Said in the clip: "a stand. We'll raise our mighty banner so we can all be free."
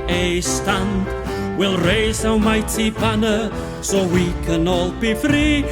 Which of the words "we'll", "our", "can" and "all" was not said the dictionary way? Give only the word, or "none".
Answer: our